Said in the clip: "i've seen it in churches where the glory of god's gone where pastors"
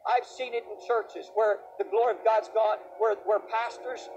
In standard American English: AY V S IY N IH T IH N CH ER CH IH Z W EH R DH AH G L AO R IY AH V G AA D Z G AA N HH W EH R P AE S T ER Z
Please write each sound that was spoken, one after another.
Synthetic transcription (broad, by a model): AY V S IY N IH T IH N CH ER CH IH Z W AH R DH AH G L AO R IY AH V G AA D Z G AA N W W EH R P AE S T ER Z